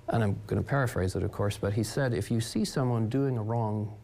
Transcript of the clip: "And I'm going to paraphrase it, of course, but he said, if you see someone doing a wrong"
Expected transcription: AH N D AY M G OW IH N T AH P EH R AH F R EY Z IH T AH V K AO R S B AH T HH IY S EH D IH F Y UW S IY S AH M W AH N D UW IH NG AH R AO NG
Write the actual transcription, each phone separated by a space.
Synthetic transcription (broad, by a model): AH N AY M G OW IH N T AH P EH R AH F R EY Z IH T AH V K AO R S B AH T HH IY S EH D IH F Y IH S IY S AH M W AH N D UW IH NG AH R AO NG